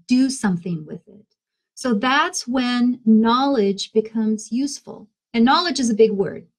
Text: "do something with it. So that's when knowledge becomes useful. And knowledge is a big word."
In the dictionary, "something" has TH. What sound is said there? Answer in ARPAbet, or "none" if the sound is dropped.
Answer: TH